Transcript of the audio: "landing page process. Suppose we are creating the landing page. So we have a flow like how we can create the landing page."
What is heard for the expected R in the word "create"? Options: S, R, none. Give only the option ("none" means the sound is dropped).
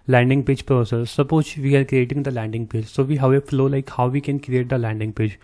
R